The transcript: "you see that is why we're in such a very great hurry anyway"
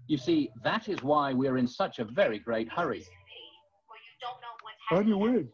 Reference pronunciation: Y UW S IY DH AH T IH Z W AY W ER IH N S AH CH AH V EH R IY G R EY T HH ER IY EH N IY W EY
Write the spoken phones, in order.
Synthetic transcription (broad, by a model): Y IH S IY DH AH T IH Z W AY W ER IH N S AH CH AH V EH R IY G R EY T HH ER IY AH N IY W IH